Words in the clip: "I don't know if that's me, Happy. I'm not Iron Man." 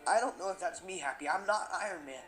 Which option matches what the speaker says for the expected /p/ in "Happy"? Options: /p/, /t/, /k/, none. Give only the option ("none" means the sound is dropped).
/p/